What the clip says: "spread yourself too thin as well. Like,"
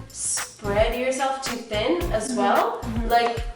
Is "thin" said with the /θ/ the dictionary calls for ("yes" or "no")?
yes